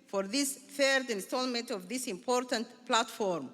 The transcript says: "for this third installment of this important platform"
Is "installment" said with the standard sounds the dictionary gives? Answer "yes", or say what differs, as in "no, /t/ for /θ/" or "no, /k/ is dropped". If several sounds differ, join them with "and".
yes